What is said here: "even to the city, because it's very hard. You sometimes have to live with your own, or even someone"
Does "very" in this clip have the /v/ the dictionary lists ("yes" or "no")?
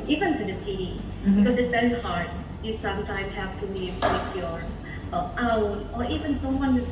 no